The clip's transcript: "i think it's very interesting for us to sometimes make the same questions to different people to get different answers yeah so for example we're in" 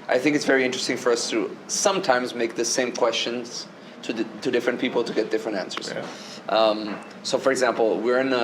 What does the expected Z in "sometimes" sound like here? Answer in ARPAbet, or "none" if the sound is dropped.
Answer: Z